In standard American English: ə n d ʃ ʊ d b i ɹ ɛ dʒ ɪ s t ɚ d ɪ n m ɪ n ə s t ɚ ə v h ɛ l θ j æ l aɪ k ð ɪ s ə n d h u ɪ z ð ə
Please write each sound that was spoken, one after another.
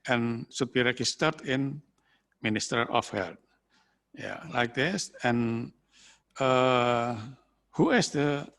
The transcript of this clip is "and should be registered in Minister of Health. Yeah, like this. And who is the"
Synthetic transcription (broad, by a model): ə n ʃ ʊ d b i ɹ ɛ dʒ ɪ s t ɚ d ɪ n m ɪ n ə s t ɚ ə f h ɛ l t j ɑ l aɪ k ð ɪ s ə n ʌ h u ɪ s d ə